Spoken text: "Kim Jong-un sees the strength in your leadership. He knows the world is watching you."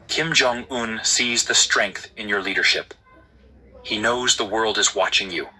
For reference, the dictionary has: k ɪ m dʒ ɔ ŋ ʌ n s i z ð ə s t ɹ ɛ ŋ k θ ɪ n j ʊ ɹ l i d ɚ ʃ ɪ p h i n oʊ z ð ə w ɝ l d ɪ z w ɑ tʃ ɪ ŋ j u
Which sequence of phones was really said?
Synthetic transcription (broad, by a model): k ɪ m dʒ ɔ ŋ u n s i z ð ə s t ɹ ɛ ŋ k θ ɪ n j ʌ ɹ l i d ɚ ʃ ɪ p h i n oʊ z ð ə w ɝ l d ɪ z w ɑ tʃ ɪ ŋ j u